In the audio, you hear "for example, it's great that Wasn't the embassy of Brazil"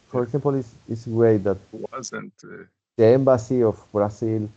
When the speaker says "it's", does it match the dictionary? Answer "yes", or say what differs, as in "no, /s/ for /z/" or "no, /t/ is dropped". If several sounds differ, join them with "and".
no, /s/ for /t/